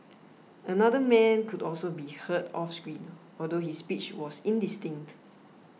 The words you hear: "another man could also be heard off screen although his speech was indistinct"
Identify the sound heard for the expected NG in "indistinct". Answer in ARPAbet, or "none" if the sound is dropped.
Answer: NG